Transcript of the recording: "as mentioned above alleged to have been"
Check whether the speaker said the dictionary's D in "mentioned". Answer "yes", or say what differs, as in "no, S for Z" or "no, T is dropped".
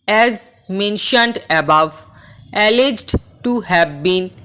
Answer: yes